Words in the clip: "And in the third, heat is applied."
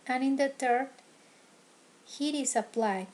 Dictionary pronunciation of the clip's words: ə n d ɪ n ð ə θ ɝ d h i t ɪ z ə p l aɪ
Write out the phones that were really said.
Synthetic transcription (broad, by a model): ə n ɪ n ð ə t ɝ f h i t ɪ s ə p l aɪ